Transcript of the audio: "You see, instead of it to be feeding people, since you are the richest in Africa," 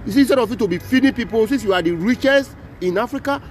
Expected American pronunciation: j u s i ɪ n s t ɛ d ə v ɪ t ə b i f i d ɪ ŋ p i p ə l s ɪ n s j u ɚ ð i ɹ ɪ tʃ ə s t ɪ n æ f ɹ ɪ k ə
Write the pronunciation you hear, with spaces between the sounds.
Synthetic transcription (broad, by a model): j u s i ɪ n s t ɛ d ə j ɪ t ə b i f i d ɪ p i p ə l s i s j u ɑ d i ɹ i tʃ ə s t ɪ n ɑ f ɹ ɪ k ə